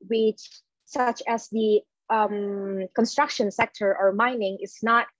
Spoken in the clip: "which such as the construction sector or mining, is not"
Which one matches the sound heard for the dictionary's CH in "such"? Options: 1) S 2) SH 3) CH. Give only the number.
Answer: 3